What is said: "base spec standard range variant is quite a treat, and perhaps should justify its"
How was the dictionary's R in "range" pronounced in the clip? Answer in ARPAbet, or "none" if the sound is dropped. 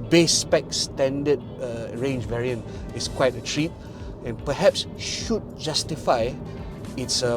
R